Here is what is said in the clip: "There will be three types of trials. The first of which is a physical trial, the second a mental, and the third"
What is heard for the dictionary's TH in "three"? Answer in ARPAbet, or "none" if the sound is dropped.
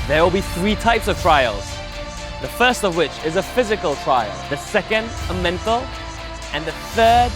TH